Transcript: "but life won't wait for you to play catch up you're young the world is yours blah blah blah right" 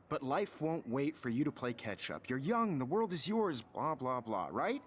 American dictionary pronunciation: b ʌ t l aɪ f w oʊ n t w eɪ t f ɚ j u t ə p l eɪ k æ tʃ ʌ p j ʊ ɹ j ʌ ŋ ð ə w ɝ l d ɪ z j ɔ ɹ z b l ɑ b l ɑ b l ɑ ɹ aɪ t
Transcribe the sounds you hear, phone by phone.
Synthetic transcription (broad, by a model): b ʌ t l aɪ f w oʊ n t w eɪ t f ɚ j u t ə p l eɪ k æ tʃ ʌ p j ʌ ɹ j ʌ ŋ ð ə w ɝ l d ɪ z j ɔ ɹ z b l ɑ b l ɑ b l ɑ ɹ aɪ t